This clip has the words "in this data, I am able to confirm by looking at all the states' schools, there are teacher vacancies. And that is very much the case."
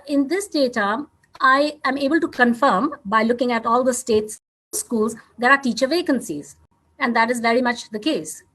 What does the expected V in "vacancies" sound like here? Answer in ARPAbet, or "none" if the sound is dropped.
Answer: V